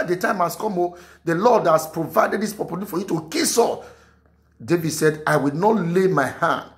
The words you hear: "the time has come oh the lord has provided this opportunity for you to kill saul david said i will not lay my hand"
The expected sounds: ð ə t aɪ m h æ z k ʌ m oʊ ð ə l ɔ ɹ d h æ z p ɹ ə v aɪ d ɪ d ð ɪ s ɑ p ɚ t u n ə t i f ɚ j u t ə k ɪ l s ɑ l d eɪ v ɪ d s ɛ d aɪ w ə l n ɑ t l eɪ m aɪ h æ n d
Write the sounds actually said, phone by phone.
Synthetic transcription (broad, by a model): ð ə t aɪ m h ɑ s k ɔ m oʊ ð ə l ɔ d h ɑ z p ɹ ə v aɪ d ɪ d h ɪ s p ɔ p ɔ l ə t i f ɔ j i t ə k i s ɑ d eɪ v ɪ d s ɛ d aɪ w ə l n ɑ t l eɪ m aɪ h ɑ n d